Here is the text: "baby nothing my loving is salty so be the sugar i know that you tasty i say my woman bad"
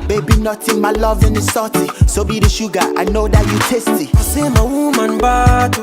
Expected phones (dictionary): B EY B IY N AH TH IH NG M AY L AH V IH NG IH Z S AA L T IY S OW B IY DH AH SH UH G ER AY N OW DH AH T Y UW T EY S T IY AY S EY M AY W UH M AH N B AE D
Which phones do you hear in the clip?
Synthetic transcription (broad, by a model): B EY B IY N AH T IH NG M AY L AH V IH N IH S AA T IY S OW B IY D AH SH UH G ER AY N OW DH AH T Y UW T EY S T IY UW S EY M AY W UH M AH N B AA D